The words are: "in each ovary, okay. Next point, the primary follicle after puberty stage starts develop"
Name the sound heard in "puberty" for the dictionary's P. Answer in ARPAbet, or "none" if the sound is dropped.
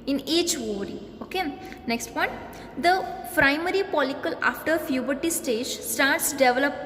F